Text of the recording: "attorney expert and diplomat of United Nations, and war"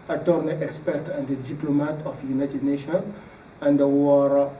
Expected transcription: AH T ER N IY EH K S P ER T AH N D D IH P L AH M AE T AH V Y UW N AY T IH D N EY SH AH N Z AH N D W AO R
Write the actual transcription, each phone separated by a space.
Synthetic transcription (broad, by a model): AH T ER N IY EH K S P ER T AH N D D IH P L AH M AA T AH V Y UW N AY T IH D N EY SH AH N AH N D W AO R